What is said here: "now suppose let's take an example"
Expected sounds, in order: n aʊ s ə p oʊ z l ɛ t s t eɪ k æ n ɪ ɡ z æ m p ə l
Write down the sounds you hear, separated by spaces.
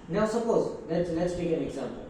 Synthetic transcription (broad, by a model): n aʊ s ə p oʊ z l ɛ t s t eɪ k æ n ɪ ɡ z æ m p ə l